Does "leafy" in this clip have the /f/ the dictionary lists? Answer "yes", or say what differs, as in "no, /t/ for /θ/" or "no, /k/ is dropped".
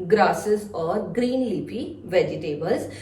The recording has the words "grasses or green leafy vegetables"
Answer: no, /p/ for /f/